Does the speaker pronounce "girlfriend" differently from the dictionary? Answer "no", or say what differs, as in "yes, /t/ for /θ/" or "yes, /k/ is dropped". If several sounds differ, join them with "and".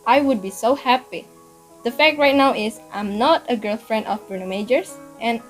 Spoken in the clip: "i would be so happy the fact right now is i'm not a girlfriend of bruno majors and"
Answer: no